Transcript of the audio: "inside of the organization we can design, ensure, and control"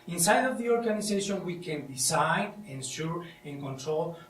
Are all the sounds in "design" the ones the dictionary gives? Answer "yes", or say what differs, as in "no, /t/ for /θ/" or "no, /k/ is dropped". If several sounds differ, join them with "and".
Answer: no, /s/ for /z/